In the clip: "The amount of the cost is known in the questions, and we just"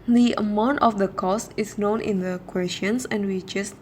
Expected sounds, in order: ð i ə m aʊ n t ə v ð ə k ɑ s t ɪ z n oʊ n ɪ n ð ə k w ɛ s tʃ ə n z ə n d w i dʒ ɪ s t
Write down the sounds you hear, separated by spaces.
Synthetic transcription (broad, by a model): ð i ə m aʊ n t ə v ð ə k ɑ s t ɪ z n oʊ n ɪ n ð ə k w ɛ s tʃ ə n s ə n d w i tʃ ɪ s